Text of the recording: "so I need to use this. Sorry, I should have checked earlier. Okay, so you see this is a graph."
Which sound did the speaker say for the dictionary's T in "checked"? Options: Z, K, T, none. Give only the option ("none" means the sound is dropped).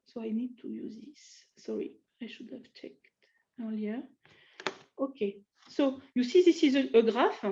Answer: T